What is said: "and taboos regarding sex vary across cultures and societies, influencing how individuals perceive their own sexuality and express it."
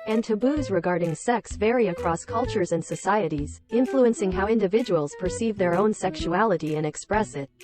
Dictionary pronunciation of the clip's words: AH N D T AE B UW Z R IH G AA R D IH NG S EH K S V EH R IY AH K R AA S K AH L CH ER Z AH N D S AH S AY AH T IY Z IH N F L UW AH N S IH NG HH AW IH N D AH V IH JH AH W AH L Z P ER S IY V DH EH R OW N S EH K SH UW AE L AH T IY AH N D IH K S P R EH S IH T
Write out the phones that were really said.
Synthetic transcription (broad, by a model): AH N T AE B UW Z R IH G AA R D IH NG S EH K S V EH R IY AH K R AA S K AH L CH ER Z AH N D S AH S AY AH T IY Z IH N F L UW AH N S IH NG HH AW IH N D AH V IH JH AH W L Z P ER S IY V DH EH R OW N S EH K SH UW AE L AH T IY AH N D IH K S P R EH S IH T